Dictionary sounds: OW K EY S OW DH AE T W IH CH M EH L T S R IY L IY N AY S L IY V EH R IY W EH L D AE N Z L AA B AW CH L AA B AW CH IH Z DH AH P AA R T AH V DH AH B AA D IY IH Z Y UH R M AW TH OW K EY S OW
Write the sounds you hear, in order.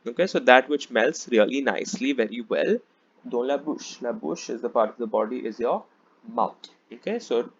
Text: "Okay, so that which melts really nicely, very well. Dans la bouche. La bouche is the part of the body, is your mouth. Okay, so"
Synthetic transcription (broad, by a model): OW K EY S OW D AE T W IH CH M EH L T S R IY L IY N AY S L IY V EH R IY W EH L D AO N L AA B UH SH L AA B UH SH IH Z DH AH P AA R T AH V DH AH B AA D IY IH Z Y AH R M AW T OW K EY S OW